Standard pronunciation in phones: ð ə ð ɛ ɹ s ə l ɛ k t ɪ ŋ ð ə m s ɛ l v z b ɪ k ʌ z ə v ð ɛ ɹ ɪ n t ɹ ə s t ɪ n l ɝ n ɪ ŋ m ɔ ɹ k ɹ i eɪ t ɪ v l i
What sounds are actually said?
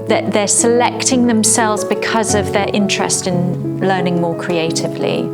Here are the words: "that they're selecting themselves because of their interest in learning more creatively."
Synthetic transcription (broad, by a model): ð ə ð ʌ s ə l ɛ k t ɪ ŋ ð ə m s ɛ l v z b ɪ k ʌ z ə v ð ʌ ɹ ɪ n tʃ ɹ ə s t ɪ n l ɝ n ɪ ŋ m ɔ k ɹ i eɪ t ɪ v l i